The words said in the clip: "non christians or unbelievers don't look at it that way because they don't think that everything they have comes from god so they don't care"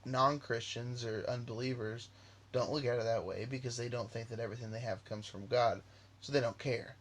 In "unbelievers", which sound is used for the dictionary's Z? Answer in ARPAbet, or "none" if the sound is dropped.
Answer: Z